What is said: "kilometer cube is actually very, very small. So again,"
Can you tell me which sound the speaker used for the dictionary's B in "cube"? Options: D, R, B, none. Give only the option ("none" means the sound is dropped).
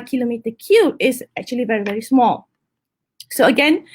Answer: none